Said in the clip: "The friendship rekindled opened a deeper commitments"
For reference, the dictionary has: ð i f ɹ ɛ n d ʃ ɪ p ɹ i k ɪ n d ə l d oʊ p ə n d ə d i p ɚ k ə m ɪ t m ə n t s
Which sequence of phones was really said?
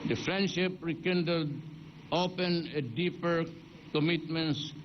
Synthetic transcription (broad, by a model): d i f ɹ ɛ n d ʃ ɪ p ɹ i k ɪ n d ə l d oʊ p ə n ə d i p ɚ k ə m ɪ t m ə n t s